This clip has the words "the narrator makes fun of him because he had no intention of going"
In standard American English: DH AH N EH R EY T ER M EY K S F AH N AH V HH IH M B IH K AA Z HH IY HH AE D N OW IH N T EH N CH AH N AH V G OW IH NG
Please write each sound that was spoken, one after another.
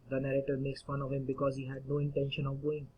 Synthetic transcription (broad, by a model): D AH N EH R EY T ER M EY K S F AH N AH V HH IH M B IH K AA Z HH IY HH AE D N OW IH N T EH N SH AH N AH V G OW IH NG